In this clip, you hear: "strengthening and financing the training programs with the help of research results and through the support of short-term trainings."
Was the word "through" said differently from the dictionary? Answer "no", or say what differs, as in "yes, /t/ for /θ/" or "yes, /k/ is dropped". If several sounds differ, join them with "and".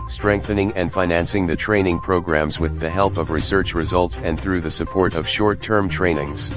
no